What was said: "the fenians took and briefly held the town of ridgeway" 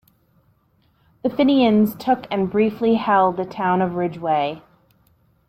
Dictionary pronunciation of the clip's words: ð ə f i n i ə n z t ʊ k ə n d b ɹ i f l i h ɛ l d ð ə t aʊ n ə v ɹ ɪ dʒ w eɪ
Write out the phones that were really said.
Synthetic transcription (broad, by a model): ð ə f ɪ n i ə n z t ʊ k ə n b ɹ i f l i h ɛ l d ð ə t aʊ n ə v ɹ ɪ dʒ w eɪ